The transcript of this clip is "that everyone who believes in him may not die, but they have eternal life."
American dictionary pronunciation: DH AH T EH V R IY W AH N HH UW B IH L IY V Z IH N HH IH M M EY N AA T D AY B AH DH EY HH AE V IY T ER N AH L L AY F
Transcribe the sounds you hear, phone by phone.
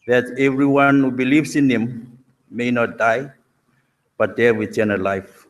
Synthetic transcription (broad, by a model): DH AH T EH V R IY W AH N HH UW B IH L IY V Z IH N HH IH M M EY N AA T D AY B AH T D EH W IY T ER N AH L L AY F